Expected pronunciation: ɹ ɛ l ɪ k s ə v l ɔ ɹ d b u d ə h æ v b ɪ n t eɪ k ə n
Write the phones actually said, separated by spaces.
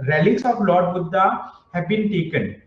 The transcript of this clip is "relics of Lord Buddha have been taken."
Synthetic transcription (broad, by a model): ɹ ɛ l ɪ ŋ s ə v l ɔ ɹ d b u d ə h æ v b ɪ n t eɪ k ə n